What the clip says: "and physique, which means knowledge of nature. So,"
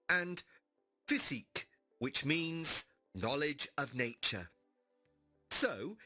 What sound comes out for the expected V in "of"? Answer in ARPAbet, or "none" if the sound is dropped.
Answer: V